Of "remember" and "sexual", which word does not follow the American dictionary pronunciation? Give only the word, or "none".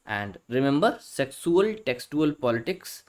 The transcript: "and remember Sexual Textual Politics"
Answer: sexual